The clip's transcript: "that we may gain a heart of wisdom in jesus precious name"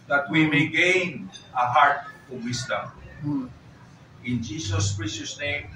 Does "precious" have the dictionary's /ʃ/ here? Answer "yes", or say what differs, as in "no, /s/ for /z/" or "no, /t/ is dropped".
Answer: no, /s/ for /ʃ/